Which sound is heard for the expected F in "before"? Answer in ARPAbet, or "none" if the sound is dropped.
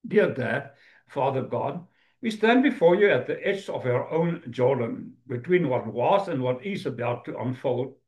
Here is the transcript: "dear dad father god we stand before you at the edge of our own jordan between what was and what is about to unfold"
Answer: F